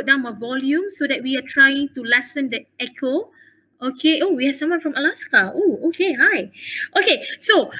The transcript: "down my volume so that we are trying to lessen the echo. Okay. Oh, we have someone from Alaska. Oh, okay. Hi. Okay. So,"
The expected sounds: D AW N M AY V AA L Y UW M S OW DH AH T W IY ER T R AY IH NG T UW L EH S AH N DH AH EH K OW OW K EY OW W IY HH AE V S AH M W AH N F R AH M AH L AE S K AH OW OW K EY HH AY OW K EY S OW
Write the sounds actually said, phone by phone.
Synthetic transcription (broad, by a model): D AW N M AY V AA L Y UW M S OW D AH T W IY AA T R AY IH NG T UW L EH S AH N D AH EH K OW OW K EY OW W IY HH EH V S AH M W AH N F R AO M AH L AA S K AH OW OW K EY HH AY OW K EY S OW